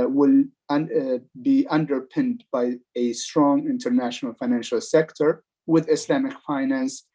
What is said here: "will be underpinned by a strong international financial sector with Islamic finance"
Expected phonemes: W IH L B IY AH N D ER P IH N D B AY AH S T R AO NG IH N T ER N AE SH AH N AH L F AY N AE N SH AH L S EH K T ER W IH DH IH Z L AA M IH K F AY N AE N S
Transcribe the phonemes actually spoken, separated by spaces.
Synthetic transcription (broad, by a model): W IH L B IY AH N D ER P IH N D B AY AH S T R AO NG IH N T ER N AE SH AH N AH L F AY N AE N SH AH L S EH K T ER W IH DH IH S L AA M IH K F AY N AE N S